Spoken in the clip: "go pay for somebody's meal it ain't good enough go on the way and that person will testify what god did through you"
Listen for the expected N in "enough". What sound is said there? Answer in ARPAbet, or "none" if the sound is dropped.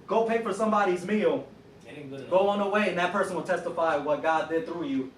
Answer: none